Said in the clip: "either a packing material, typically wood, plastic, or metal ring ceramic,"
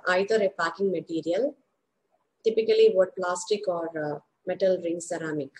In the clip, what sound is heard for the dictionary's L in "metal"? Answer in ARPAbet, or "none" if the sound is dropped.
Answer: L